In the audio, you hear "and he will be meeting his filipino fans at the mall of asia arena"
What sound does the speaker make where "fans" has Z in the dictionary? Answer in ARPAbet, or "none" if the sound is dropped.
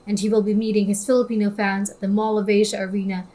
Z